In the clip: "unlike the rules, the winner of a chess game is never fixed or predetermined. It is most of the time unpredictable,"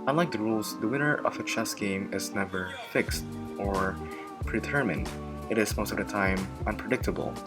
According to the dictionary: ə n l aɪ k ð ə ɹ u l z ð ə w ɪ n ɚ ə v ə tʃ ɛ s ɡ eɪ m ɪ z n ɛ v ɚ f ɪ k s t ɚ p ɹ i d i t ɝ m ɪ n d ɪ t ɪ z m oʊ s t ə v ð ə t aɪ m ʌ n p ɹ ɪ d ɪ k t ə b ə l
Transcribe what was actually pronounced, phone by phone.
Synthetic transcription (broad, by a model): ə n l aɪ k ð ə ɹ u l z ð ə w ɪ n ɚ ə v ə tʃ ɛ s ɡ eɪ m ɪ z n ɛ v ɚ f ɪ k s t ɚ p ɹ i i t ɝ m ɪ n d ɪ t ɪ z m oʊ s t ə v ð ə t aɪ m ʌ n p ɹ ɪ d ɪ k t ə b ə l